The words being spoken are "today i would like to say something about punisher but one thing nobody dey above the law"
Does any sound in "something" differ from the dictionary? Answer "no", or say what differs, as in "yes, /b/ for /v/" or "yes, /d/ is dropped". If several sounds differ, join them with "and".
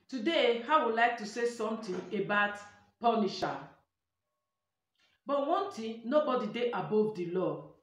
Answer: yes, /t/ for /θ/